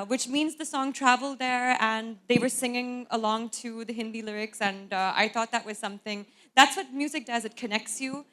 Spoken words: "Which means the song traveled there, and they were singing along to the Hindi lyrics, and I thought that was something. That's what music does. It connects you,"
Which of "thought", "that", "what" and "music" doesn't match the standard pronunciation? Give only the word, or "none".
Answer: none